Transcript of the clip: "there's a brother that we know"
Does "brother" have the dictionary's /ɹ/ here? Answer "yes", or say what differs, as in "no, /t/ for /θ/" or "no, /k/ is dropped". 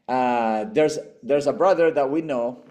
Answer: yes